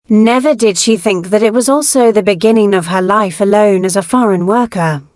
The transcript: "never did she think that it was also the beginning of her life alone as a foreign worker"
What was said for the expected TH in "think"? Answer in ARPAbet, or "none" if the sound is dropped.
TH